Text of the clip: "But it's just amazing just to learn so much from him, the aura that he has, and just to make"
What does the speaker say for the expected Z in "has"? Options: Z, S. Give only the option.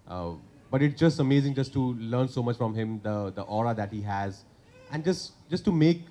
Z